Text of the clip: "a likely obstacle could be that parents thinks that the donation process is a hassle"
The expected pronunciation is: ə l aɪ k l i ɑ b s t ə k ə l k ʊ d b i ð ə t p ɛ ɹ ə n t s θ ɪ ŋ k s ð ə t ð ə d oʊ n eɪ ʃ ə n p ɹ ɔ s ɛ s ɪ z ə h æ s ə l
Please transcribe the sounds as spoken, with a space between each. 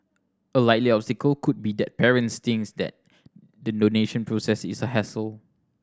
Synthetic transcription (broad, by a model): ə l aɪ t l i ɑ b s t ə k ə l k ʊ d b i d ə t p ɛ ɹ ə n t s t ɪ ŋ s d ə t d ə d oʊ n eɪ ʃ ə n p ɹ ɔ s ɛ s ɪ s ə h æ s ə l